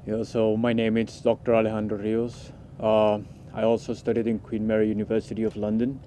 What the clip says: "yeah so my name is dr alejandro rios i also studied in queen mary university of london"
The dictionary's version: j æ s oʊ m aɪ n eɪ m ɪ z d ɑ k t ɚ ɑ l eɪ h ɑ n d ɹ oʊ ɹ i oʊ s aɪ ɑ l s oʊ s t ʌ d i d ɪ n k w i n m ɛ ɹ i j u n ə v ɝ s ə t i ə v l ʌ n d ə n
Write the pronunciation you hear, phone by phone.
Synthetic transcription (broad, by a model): j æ s oʊ m aɪ n eɪ m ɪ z d ɑ k t ɚ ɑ l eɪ h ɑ n d ɹ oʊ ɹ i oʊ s aɪ ɑ l s oʊ s t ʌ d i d ɪ n k w i n m ɛ ɹ i j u n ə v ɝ s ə t i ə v l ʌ n d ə n